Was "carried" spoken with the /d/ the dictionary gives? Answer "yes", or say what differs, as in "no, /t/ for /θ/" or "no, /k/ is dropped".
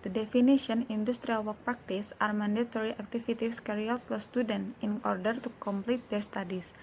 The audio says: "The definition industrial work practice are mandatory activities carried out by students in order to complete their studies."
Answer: no, /d/ is dropped